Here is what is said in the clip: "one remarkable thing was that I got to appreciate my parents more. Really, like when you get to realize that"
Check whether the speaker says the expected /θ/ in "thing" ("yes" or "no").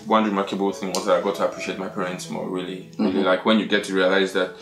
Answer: yes